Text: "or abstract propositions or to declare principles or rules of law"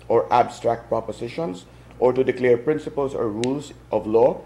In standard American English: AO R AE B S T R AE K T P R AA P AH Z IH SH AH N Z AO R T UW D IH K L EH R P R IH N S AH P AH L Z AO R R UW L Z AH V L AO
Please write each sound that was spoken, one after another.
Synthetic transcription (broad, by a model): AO R AE B S T R AE K T P R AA P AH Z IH SH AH N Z AO R T UW D IH K L EH R P R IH N S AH P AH L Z AO R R UW L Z AH V L AO